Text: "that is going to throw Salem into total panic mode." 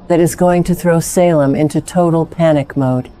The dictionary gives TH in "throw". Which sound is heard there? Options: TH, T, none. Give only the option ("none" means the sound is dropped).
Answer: TH